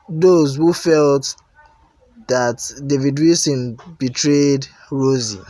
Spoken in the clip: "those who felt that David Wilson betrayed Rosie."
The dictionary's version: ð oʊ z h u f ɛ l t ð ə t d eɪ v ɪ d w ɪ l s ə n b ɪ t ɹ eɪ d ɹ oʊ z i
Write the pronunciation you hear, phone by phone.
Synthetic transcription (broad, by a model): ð oʊ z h u f ɛ l t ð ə t d eɪ v ɪ d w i s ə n b ɪ t ɹ eɪ d ɹ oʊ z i